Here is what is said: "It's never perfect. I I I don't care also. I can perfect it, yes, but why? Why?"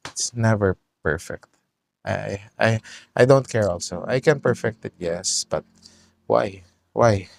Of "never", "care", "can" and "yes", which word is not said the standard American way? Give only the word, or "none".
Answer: none